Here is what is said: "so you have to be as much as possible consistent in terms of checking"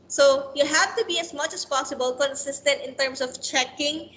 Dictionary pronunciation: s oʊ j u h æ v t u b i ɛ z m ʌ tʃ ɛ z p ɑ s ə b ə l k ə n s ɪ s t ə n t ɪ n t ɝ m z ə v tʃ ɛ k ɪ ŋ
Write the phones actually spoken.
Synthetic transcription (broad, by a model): s oʊ j u h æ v t u b i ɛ s m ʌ tʃ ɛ s p ɑ s ə b ə l k ə n s ɪ s t ə n t ɪ n t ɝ m s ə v tʃ ɛ k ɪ ŋ